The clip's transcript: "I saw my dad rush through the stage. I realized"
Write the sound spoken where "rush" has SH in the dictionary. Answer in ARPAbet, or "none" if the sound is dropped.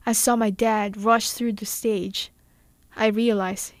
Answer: SH